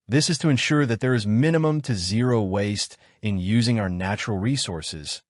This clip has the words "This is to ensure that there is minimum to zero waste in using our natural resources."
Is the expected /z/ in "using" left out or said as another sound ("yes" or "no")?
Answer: no